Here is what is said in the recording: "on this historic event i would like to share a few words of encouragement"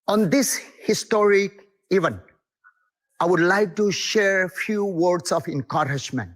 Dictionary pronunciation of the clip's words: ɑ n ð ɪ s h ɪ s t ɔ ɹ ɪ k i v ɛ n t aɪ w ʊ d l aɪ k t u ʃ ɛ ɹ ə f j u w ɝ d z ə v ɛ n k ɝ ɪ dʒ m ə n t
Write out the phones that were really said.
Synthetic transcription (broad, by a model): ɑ n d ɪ s h ɪ s t ɔ ɹ ɪ k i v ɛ n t aɪ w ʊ d l aɪ k t u ʃ ɛ ɹ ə f j u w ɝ d s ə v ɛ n k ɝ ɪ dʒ m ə n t